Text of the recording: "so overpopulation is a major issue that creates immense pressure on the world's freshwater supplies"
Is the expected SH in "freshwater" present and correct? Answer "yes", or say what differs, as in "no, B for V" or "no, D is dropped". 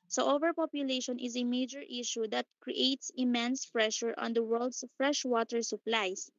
yes